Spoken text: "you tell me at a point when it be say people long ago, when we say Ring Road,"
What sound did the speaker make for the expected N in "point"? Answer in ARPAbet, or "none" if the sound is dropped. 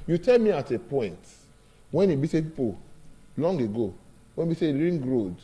N